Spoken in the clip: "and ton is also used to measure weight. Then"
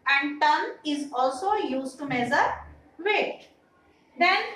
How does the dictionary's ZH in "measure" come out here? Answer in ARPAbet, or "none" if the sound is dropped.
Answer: Z